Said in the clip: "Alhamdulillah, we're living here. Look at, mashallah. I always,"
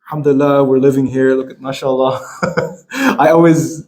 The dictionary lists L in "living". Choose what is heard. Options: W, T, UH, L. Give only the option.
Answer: L